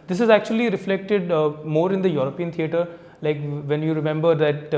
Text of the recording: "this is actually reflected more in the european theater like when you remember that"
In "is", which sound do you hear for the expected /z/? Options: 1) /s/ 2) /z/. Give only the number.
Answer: 2